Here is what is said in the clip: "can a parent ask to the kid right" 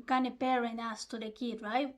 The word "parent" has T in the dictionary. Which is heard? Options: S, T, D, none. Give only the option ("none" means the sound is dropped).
none